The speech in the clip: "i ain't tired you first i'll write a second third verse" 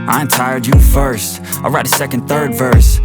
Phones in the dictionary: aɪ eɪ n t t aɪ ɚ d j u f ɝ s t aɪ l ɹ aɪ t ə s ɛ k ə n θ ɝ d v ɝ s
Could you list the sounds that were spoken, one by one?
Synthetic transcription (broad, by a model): aɪ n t t aɪ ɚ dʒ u f ɝ s t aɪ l ɹ aɪ t ə s ɛ k ə n θ ɝ d v ɝ s